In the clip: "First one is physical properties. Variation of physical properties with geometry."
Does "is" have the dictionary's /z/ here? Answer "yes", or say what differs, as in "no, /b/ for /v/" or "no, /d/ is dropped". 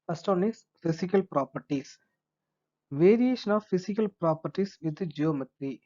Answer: no, /s/ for /z/